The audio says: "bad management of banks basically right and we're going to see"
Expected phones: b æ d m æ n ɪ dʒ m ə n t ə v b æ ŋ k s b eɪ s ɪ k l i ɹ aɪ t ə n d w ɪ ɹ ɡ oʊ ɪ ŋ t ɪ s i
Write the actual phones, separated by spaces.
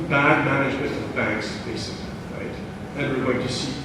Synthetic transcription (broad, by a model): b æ d m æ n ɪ dʒ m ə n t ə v b æ ŋ k s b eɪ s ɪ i ɹ aɪ t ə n w ɪ ɹ ɡ oʊ ɪ ŋ t ɪ s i